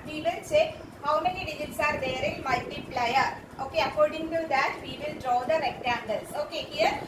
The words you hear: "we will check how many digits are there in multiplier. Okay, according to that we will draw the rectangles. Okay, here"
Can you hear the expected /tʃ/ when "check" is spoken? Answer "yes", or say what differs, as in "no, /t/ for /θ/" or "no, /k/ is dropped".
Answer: no, /s/ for /tʃ/